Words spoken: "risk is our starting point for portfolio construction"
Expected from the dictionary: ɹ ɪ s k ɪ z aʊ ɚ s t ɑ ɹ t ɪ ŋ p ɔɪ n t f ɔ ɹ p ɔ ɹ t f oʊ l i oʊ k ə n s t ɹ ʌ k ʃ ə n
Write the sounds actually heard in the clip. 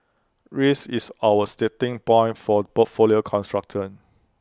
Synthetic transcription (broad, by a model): ɹ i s ɪ s aʊ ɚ s t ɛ t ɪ ŋ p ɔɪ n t f ɔ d p ɔ t f oʊ l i oʊ k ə n s t ɹ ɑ k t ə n